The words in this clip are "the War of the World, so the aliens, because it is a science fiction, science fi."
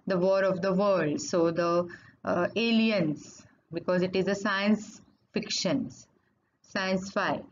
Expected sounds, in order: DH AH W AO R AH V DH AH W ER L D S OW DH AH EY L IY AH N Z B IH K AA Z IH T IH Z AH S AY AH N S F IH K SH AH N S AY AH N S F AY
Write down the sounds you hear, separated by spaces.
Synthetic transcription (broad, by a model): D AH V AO R AH V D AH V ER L D S OW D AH EY L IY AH N S B IH K AA Z IH T IH Z AH S AY AH N S F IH K SH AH N S AY AH N S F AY